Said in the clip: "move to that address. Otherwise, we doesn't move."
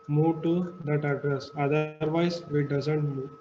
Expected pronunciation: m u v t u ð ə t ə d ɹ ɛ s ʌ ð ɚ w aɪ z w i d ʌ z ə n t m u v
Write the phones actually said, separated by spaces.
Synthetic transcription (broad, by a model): m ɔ t u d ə t ə d ɹ ɛ s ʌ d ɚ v aɪ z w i d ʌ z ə n t m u